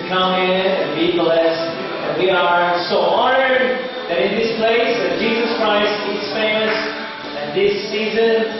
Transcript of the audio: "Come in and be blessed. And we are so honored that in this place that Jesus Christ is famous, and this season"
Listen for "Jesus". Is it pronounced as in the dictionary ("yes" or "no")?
yes